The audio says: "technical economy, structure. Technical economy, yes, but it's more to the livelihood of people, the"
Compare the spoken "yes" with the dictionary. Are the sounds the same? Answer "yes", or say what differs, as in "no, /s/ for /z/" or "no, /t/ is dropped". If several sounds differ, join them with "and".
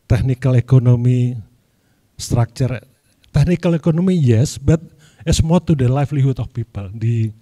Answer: yes